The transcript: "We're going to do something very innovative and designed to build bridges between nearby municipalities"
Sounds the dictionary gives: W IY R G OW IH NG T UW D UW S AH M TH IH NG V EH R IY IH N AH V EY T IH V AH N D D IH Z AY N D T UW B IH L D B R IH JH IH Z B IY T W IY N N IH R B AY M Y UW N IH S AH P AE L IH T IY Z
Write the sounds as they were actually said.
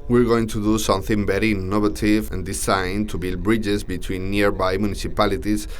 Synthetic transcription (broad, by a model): W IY R G OW IH NG T UW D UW S AH M TH IH NG B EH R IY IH N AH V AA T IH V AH N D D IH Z AY N T UW B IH L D B R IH JH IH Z B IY T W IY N N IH R B AY M Y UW N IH S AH P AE L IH T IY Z